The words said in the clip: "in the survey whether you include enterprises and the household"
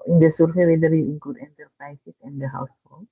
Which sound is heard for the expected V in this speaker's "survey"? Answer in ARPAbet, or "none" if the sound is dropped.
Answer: F